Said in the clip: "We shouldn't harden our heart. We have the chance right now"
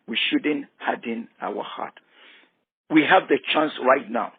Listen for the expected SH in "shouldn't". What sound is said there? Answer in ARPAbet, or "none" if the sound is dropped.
SH